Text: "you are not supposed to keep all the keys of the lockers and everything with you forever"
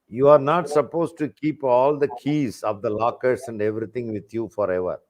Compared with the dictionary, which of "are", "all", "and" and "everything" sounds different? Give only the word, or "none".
everything